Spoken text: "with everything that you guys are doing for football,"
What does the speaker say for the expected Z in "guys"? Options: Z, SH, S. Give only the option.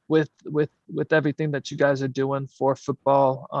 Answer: Z